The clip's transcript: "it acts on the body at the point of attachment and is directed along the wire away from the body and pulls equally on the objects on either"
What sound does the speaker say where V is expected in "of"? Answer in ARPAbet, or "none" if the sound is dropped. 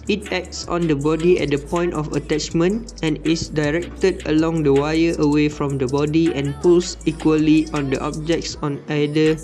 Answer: F